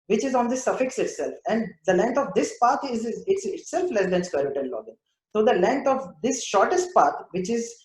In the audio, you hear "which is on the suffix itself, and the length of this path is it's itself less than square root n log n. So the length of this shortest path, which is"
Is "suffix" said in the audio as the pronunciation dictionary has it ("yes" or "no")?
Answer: yes